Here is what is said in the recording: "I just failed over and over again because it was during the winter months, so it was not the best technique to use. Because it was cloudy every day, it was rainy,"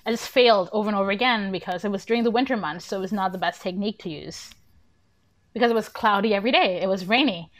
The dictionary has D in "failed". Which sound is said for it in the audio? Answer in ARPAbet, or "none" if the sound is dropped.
D